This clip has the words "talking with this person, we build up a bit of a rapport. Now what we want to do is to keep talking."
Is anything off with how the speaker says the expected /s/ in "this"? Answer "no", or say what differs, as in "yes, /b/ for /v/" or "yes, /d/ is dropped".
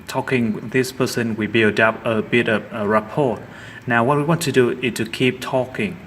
no